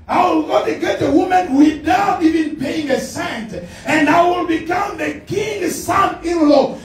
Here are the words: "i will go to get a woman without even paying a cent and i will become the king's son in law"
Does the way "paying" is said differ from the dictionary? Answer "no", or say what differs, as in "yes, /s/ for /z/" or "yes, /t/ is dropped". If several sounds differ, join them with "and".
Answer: yes, /b/ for /p/